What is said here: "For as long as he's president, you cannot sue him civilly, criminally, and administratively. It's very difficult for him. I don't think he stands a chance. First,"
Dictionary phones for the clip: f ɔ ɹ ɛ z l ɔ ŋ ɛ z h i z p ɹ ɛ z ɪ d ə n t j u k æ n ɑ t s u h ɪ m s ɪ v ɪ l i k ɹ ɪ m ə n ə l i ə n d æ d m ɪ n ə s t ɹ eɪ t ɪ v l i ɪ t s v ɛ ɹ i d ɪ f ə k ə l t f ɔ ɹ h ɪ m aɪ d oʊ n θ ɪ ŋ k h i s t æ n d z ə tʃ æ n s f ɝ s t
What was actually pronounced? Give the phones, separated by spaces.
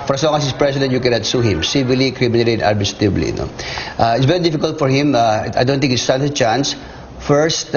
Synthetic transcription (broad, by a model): f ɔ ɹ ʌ s l ɔ ŋ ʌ s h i s p ɹ ɛ s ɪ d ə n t j u k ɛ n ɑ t s u h ɪ m s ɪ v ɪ l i k ɹ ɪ m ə n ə l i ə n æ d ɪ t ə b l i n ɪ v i ɪ t s v ɛ ɹ i d ɪ f ə k ə l t f ɔ ɹ h ɪ m aɪ d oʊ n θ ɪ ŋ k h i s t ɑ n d ə tʃ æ n s f ɝ s t